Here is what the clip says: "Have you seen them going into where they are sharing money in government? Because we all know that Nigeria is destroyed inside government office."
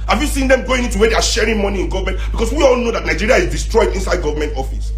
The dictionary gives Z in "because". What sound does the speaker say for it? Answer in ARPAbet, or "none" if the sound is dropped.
S